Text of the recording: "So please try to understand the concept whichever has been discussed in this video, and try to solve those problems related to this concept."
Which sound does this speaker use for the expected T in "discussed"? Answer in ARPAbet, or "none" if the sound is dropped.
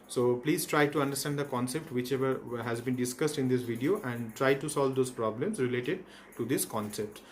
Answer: T